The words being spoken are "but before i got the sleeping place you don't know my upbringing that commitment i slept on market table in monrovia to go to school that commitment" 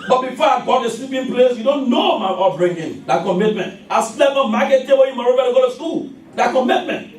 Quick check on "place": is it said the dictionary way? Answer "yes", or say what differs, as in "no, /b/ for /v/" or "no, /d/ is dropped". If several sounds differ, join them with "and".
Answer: yes